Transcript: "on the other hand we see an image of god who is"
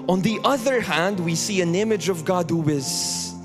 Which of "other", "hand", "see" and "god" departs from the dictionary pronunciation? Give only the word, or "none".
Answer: none